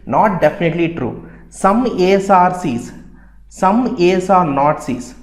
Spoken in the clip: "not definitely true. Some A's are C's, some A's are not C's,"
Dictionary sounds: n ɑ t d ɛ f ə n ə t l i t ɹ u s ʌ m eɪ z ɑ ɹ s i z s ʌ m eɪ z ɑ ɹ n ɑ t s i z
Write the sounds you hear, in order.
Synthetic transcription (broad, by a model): n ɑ t d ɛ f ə n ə t l i t ɹ u s ʌ m eɪ s ɑ ɹ s i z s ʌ m eɪ s ɑ ɹ n ɑ t s i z